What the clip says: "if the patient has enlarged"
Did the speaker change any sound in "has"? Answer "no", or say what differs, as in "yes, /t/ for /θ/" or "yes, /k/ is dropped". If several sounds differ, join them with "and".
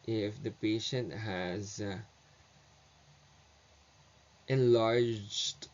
no